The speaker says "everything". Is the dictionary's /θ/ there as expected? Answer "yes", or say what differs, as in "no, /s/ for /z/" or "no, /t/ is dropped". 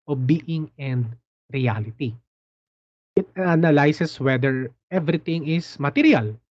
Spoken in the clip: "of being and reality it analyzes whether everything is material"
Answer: no, /t/ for /θ/